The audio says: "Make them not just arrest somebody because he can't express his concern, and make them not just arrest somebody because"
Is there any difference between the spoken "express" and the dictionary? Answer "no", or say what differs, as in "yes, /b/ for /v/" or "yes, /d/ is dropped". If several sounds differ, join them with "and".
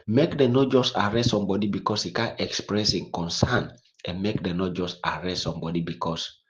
no